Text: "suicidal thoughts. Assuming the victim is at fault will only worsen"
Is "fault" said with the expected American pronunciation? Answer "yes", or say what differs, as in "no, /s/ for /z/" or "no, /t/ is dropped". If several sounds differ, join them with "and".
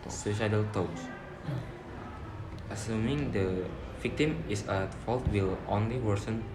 yes